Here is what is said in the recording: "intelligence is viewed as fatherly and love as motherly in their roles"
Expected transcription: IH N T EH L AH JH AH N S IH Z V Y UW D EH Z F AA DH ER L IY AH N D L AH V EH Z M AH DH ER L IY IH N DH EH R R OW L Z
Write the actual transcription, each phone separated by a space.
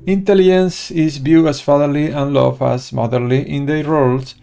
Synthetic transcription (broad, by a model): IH N T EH L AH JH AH N S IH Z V Y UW AA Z F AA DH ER L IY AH N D L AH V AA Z M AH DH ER L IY IH N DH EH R R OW L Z